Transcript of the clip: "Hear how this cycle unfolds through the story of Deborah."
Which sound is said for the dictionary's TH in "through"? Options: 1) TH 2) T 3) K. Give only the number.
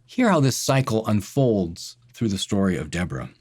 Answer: 1